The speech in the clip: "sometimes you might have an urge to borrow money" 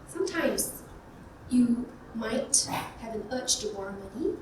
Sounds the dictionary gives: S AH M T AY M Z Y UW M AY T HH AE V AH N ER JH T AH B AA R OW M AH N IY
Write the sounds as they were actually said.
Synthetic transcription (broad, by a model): S AH M T AY M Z Y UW M AY T HH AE V AH N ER CH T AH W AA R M M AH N IY